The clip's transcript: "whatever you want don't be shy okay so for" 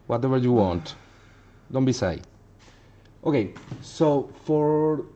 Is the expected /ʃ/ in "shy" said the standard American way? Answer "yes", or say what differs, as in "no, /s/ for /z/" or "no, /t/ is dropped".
no, /s/ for /ʃ/